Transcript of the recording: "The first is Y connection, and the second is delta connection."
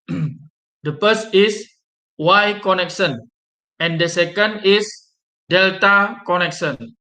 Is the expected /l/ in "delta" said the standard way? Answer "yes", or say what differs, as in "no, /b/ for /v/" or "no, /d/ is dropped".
yes